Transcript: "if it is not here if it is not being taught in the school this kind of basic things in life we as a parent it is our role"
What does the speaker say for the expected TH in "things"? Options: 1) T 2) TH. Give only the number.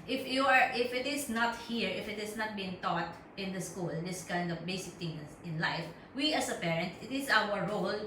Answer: 1